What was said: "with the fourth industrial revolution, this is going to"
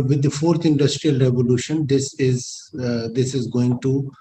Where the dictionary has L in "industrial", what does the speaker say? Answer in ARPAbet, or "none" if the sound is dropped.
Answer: L